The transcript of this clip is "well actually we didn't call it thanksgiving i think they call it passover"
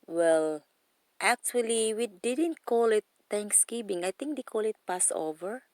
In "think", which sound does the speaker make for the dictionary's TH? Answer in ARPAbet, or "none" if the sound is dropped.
T